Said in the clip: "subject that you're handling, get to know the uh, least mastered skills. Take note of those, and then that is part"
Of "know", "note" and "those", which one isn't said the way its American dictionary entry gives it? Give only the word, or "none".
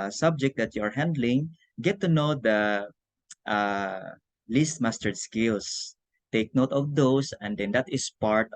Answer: those